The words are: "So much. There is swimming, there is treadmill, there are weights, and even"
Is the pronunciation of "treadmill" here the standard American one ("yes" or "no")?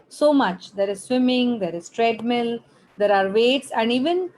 yes